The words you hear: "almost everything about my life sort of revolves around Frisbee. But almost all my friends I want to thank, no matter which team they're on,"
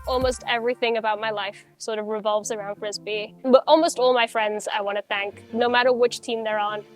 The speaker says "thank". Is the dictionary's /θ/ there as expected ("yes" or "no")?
yes